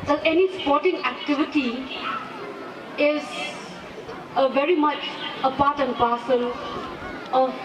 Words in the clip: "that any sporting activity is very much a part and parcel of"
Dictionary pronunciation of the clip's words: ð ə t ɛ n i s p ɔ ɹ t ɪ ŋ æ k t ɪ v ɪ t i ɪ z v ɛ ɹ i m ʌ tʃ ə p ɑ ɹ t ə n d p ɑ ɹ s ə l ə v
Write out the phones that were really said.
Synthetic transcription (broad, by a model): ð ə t ɛ n i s p ɔ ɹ t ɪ ŋ æ k t ɪ v ɪ t i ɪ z v ɛ ɹ i m ʌ tʃ ə p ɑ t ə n p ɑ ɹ s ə n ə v